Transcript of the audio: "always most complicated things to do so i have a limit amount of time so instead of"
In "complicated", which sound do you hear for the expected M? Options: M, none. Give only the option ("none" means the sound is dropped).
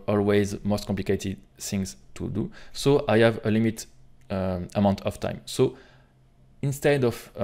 none